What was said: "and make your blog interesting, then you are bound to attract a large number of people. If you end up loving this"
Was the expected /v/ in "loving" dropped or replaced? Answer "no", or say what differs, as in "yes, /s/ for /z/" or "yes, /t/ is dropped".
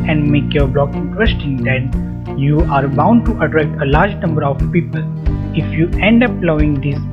yes, /v/ is dropped